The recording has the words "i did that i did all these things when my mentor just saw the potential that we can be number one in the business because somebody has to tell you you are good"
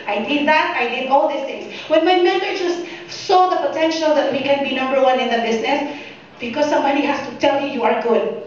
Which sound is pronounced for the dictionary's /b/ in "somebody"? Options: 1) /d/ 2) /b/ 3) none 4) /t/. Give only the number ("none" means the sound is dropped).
3